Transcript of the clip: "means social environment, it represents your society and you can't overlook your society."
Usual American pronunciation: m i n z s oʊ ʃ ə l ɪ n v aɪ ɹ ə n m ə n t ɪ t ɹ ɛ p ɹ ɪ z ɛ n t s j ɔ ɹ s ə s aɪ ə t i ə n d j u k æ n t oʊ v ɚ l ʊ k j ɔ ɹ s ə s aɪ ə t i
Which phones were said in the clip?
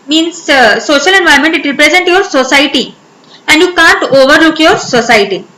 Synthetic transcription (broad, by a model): m i n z s oʊ ʃ ə l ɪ n v aɪ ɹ m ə n t ɪ t ɹ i p ɹ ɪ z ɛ n t j ɔ ɹ s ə s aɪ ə t i ə n d j u k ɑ n t oʊ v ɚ l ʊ k j ɔ ɹ s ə s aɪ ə t i